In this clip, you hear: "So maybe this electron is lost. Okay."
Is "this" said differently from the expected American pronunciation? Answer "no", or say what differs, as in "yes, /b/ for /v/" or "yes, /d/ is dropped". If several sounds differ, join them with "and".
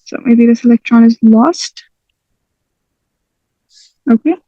no